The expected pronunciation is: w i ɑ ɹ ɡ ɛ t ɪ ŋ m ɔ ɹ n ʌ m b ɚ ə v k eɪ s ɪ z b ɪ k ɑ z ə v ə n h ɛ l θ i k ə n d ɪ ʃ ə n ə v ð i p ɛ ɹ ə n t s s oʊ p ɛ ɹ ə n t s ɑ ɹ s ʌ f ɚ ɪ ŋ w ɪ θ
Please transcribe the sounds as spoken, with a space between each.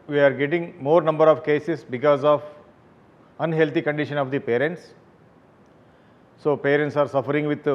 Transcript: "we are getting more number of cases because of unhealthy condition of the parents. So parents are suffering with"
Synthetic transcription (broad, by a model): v i ɑ ɹ ɡ ɛ t ɪ ŋ m ɔ ɹ n ʌ m b ɚ ə v k eɪ s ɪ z b ɪ k ɑ z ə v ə n h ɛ l t i k ə n d ɪ ʃ ə n ə v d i p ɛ ɹ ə n t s s oʊ p ɛ ɹ ə n t s ɑ ɹ s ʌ f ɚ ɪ ŋ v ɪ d